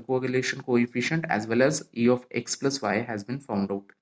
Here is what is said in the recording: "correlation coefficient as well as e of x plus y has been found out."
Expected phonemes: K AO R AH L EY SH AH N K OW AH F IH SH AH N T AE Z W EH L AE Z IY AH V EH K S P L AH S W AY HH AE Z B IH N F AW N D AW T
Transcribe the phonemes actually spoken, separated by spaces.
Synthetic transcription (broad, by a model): K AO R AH L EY SH AH N K OW AH F IH SH AH N T AE Z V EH L AE Z IY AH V EH K S P L AH S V AY HH AE Z B IH N F AW N D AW T